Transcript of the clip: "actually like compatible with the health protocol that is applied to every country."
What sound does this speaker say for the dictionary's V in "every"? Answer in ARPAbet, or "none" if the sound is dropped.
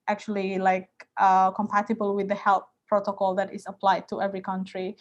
V